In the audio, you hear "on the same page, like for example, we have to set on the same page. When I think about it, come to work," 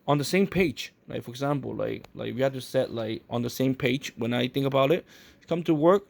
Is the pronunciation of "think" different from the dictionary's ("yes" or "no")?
no